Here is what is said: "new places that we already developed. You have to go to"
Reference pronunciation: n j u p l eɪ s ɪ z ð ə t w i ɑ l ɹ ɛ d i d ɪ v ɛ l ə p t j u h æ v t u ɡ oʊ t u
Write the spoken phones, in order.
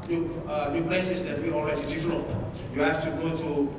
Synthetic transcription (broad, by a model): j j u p l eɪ s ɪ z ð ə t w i ɑ l ɹ ɛ d i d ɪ f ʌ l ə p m j u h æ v t u ɡ oʊ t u